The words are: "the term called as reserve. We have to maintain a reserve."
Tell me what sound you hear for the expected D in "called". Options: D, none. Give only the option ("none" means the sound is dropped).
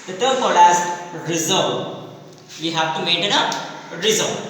none